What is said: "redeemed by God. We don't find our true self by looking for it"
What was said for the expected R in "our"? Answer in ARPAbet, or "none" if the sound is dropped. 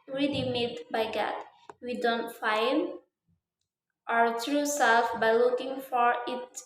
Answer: R